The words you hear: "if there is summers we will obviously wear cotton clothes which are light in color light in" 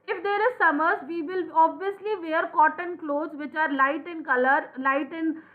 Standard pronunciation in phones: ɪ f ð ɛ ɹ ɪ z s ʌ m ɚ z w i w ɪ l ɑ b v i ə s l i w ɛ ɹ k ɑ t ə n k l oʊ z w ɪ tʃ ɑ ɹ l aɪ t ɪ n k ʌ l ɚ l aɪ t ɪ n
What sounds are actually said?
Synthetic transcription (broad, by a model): ɪ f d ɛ ɹ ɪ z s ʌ m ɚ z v i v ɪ l ɑ b v i ə s l i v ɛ ɹ k ɑ t ə n k l oʊ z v ɪ tʃ ɑ ɹ l aɪ t ɪ n k ʌ l ɚ l aɪ t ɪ n